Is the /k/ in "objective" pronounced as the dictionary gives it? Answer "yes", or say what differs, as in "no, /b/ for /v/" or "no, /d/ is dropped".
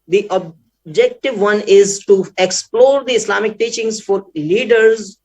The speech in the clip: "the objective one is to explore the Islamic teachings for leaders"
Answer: yes